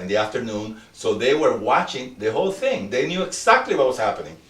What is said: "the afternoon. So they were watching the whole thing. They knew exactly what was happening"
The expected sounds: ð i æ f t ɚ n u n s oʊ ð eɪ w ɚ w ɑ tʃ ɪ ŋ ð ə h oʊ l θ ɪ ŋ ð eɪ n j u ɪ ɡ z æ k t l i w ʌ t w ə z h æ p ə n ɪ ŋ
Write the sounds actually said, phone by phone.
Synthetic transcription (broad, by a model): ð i æ f t ɚ n u n s oʊ ð eɪ w ɚ w ɑ tʃ ɪ ŋ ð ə h oʊ l θ ɪ ŋ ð eɪ n j u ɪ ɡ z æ k t l i w ʌ t w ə s h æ p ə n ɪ ŋ